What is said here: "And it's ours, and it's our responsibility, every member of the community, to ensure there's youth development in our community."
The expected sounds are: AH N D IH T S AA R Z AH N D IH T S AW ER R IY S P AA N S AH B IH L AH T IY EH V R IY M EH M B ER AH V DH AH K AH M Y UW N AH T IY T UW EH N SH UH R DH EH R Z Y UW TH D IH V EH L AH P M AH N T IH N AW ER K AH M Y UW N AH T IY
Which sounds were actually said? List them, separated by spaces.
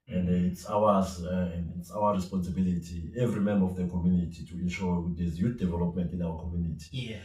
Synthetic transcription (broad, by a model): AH N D IH T S AA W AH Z IH T S AW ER R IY S P AA N S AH B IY L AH T IY EH V R IY M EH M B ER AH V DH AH K AH M Y UW N AH T IY T UW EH N SH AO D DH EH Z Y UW T D IH V EH L AH P M AH N T IH N AW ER K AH M Y UW N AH T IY